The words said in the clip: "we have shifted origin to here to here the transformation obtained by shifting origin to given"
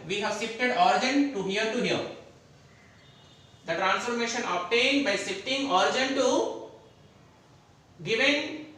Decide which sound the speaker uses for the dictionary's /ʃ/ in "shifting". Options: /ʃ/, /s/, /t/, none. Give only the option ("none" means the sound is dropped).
/s/